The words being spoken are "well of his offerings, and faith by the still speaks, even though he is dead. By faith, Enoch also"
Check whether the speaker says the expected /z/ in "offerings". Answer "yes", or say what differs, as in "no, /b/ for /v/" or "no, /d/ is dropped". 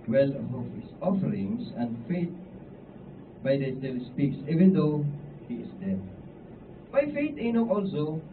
no, /s/ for /z/